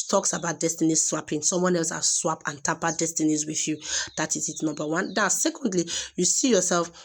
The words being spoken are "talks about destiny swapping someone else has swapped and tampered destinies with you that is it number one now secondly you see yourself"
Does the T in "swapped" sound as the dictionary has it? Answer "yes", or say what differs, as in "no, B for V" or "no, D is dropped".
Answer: no, T is dropped